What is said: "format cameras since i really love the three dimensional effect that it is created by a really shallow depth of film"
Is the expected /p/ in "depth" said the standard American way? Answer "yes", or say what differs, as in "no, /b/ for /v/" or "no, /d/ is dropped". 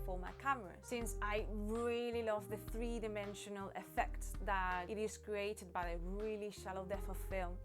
no, /p/ is dropped